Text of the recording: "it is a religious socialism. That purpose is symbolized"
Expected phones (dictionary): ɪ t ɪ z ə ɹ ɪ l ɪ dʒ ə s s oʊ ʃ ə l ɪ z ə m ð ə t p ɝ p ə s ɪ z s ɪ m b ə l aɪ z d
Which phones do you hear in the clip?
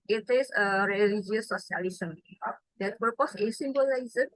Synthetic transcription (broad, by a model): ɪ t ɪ s ə ɹ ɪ l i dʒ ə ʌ s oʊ s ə l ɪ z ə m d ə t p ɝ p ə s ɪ s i m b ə l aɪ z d